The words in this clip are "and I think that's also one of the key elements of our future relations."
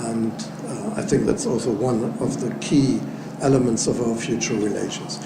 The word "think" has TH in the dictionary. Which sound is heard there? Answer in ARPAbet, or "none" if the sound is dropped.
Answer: TH